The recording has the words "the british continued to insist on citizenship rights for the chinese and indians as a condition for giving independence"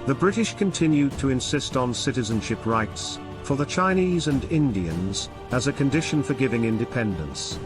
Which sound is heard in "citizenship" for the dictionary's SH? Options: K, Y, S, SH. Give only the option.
SH